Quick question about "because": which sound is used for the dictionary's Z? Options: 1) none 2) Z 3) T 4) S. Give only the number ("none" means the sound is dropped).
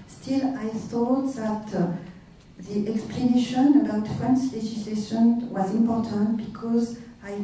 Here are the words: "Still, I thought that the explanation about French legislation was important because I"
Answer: 2